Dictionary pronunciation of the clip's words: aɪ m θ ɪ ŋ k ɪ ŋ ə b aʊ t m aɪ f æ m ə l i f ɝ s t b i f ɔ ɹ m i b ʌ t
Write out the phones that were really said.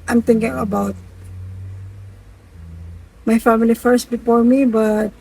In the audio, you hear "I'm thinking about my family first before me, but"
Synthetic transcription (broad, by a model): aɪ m t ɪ ŋ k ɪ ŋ ə b aʊ t m aɪ f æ m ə l i f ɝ s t b i f ɔ ɹ m i b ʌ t